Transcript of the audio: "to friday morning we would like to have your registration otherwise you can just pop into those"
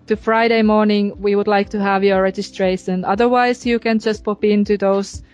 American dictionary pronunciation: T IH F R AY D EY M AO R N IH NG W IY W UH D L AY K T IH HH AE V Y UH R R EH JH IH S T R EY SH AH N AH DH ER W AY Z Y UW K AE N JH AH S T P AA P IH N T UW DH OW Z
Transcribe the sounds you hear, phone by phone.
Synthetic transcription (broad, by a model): T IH F R AY D EY M AO R N IH NG W IY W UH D L AY K T IH HH AE V Y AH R R EH JH IH S T R EY SH AH N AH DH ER W AY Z Y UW K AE N JH AH S T P AA P IH N T UW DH OW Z